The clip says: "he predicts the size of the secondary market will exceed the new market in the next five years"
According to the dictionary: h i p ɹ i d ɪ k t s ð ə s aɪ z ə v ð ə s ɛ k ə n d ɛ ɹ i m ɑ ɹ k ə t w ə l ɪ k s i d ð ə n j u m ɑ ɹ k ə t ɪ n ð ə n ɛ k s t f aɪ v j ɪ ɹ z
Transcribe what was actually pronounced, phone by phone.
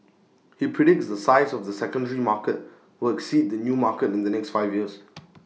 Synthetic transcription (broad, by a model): h i p ɹ i d ɪ k t s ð ə s aɪ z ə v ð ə s ɛ k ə n d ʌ ɹ i m ɑ k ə t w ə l ɪ k s i d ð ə n j u m ɑ k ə t ɪ n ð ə n ɛ k s t f aɪ v j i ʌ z